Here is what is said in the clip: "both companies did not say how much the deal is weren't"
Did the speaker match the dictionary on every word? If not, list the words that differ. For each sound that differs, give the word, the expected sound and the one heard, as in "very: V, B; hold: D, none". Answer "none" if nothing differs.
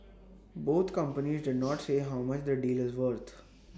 both: TH, T; weren't: N, none